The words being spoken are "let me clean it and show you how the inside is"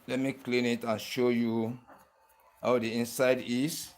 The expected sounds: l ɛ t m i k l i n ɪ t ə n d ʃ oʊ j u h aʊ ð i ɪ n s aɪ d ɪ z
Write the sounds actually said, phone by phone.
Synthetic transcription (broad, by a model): l ɛ t m i k l i n ɪ t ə n ʃ oʊ j u h aʊ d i ɪ n s aɪ d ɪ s